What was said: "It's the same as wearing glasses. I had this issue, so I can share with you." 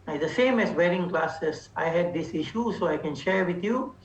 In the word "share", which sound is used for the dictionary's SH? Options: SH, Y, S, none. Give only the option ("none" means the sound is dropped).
SH